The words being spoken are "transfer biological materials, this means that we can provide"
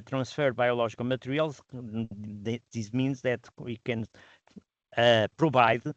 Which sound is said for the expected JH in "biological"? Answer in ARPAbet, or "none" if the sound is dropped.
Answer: ZH